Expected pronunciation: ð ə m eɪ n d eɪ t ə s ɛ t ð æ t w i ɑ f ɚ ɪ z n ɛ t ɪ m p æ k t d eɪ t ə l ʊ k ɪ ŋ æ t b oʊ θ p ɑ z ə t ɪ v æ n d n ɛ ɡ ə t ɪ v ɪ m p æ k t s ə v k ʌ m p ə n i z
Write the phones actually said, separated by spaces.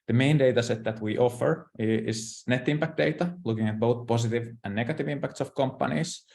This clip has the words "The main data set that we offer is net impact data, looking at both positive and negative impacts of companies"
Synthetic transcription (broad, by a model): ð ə m eɪ n d eɪ t ə s ɛ t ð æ t w i ɑ f ɚ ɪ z n ɛ t ɪ m p æ k t d eɪ t ə l ʊ k ɪ ŋ æ t b oʊ θ p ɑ s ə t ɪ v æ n n ɛ ɡ ə t ɪ v ɪ m p æ k t s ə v k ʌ m p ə n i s